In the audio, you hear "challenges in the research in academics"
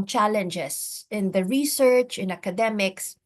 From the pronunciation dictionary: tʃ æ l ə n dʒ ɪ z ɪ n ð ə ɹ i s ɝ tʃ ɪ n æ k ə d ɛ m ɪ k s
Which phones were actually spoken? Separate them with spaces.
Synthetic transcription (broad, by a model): tʃ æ l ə n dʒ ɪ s ɪ n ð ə ɹ i s ɝ tʃ ɪ n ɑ k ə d ɛ m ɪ k s